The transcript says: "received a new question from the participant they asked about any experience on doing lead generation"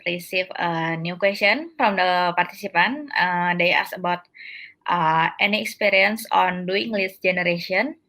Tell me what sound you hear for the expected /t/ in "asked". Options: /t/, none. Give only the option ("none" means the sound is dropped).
none